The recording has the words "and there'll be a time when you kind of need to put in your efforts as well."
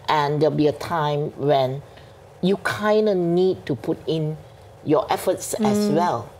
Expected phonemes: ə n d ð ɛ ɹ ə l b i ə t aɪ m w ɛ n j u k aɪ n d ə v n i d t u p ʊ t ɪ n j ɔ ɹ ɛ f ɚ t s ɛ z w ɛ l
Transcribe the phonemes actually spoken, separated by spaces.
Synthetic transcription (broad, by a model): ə n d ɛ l b i ə t aɪ m w ɛ n j u k aɪ n d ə n i d t u p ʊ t ɪ n j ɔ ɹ ɛ f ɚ t s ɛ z w ɛ l